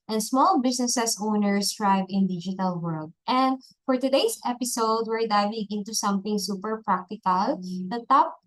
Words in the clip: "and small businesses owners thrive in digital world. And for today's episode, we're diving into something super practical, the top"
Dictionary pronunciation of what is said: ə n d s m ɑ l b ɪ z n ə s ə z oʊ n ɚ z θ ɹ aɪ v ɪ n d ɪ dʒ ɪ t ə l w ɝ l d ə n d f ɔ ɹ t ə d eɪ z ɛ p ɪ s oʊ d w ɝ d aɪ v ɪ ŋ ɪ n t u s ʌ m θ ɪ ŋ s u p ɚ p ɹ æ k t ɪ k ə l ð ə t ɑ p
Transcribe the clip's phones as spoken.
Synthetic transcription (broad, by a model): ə n s m ɑ l b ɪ s n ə s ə s oʊ n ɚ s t ɹ aɪ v ɪ n d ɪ dʒ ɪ t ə l w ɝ l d ə n d f ɔ ɹ t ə d eɪ s ɛ p ɪ s oʊ d w ɝ d aɪ v ɪ ŋ ɪ n t u s ʌ m θ ɪ ŋ s u p ɚ p ɹ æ k t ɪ k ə l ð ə t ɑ p